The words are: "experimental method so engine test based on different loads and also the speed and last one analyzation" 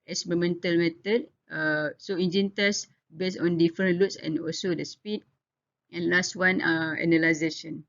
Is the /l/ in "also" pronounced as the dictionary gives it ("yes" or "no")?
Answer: yes